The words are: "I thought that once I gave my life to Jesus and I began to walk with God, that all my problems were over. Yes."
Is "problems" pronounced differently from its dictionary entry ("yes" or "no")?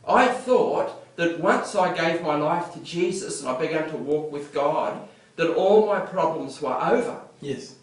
no